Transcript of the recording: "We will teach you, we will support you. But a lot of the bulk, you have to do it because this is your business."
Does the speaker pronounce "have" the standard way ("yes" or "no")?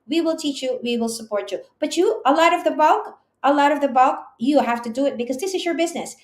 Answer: no